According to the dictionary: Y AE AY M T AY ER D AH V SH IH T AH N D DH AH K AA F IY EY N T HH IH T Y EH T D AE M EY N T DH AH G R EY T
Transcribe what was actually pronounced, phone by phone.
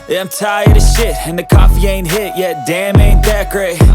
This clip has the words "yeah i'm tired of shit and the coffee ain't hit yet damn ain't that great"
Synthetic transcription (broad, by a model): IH AY M T AY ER D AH SH IH T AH N DH AH K AA F IY EY N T HH IH T Y EH T D AE M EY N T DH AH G R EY